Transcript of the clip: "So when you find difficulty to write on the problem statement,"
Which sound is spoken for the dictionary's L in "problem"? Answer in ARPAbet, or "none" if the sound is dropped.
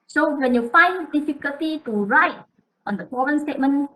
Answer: none